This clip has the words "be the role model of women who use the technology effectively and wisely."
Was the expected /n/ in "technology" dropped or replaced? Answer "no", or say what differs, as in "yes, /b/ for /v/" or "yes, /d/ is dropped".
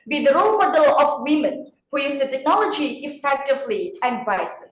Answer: no